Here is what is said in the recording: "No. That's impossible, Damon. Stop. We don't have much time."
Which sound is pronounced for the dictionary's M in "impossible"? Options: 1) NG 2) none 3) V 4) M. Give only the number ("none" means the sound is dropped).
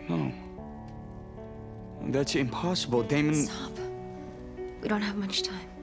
4